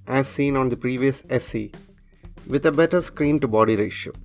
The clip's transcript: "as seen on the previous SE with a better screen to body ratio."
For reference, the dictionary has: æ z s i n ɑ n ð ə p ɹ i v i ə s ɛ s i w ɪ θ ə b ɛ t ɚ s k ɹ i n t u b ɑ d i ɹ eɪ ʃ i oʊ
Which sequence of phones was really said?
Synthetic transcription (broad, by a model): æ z s i n ɑ n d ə p ɹ i v i ə s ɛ s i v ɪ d ə b ɛ t ɚ s k ɹ i n t u b ɑ d i ɹ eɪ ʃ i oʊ